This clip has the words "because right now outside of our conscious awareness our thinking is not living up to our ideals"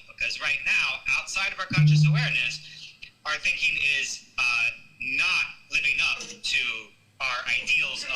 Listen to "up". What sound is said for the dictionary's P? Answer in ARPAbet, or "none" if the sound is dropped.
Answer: F